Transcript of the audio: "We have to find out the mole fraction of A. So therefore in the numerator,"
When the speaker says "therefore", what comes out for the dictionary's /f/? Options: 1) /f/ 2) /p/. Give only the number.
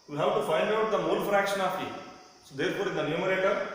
2